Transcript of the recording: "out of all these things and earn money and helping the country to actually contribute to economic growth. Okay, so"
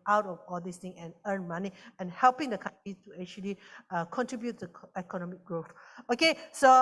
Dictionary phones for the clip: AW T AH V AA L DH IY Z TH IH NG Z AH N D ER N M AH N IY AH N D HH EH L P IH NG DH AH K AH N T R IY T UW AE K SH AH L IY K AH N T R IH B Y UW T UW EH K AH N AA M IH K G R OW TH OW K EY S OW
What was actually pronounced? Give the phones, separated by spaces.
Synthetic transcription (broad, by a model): AW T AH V AA L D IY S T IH NG AH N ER N M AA N IY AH N HH EH L P IH NG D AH K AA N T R IY T UW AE K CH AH L IY K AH N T R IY B Y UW T UW EH K AH N AA M IH K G R OW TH OW K EY S OW